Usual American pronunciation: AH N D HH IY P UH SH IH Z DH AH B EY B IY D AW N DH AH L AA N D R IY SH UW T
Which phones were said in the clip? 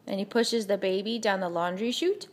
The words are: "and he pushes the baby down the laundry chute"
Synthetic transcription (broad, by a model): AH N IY P UH SH IH Z DH AH B EY B IY D AW N DH AH L AA N D R IY SH UW T